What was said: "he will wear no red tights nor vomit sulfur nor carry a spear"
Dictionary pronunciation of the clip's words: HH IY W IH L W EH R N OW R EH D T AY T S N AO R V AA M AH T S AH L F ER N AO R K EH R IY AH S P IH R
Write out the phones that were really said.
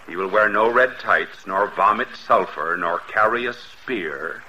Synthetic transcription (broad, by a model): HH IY W IH L W EH R N OW R EH D T AY T S N AO R V AA M AH T S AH L F ER N AO R K EH R IY AH S P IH R